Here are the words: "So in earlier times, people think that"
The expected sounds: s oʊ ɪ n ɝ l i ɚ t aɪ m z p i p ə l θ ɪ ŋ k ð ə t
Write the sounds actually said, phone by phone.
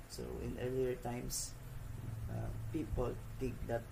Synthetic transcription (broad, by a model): s oʊ ɪ n ɝ l i ɚ t aɪ m s p i p ə l t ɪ ŋ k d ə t